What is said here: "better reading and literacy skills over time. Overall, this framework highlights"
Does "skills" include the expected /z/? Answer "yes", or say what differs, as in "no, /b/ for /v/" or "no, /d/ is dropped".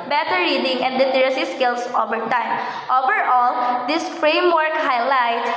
no, /s/ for /z/